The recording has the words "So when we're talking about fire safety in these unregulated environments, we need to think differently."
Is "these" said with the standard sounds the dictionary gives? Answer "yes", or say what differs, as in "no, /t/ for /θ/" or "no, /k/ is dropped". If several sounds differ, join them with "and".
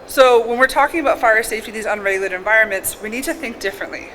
yes